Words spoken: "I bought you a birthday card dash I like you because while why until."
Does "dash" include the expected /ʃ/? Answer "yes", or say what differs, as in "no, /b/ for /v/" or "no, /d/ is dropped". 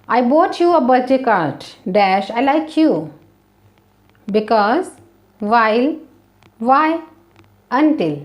yes